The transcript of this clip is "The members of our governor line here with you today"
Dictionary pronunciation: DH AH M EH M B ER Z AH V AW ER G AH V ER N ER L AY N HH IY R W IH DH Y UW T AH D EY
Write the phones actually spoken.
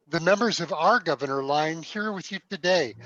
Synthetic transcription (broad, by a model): DH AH M EH M B ER Z AH V AW ER G AH V ER N ER L AY N HH IY R W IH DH Y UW T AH D EY